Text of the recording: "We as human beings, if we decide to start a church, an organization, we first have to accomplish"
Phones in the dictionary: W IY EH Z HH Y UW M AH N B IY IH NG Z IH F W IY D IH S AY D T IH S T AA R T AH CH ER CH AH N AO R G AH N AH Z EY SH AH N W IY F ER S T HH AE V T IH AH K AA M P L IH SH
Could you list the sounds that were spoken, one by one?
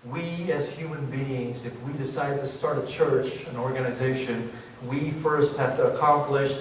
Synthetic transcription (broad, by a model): W IY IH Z HH Y UW M AH N B IY IH NG Z IH F W IY D IH S AY D T IH S T AA R T AH CH ER CH AH N AO R G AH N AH Z EY SH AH N W IY F ER S T HH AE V T IH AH K AA M P L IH SH